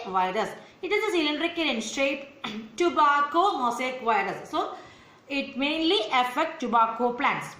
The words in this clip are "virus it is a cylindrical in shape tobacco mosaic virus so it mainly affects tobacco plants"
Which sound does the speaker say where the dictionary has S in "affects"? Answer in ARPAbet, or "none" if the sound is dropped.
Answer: none